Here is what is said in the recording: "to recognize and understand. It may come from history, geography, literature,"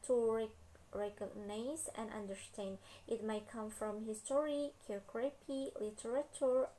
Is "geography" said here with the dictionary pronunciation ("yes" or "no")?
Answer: no